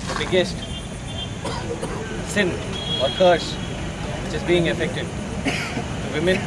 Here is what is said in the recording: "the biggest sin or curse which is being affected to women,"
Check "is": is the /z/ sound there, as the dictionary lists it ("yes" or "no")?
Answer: yes